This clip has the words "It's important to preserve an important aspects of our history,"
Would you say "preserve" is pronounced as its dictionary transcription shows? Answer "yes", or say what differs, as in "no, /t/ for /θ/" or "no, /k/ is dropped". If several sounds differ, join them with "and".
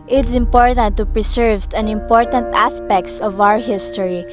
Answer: no, /s/ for /z/